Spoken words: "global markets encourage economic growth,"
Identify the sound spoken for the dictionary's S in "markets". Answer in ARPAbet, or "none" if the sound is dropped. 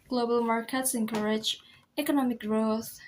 S